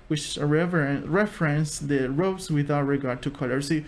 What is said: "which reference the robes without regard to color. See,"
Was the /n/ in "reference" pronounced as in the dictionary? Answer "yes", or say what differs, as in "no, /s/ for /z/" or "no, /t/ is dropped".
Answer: yes